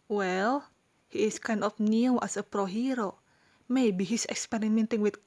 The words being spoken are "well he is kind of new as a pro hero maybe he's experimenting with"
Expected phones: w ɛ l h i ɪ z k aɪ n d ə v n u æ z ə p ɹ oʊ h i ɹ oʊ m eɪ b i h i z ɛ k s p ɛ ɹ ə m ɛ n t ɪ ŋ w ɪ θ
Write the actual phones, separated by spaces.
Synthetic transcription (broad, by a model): w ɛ l h i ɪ s k aɪ n d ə f n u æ s ə p ɹ oʊ h i ɹ oʊ m eɪ b i h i s ɛ k s p ɛ ɹ ə m ɛ n t ɪ ŋ w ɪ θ